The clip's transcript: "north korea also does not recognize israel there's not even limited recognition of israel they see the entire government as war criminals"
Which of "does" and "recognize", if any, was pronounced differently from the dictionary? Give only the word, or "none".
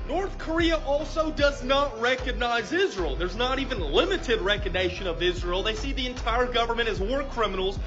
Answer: none